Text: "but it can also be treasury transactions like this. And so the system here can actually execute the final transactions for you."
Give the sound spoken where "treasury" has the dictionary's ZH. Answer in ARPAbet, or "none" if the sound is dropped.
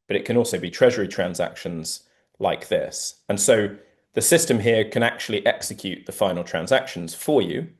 ZH